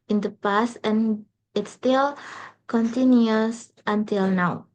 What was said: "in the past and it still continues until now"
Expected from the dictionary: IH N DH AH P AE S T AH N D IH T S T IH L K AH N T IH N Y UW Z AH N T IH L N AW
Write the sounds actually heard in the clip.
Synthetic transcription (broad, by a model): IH N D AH P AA S AH N IH T S T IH L K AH N T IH N Y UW S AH N T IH L N AW